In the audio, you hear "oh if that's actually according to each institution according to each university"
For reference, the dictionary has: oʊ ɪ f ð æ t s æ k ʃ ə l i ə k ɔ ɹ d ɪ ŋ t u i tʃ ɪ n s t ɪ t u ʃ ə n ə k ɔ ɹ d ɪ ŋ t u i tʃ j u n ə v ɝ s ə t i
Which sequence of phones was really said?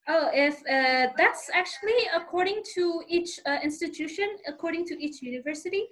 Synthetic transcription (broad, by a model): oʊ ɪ f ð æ t s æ k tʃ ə l i ə k ɔ ɹ d ɪ ŋ t u i tʃ ɪ n s t ɪ t u ʃ ə n ə k ɔ ɹ d ɪ ŋ t u i tʃ j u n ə v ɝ s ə t i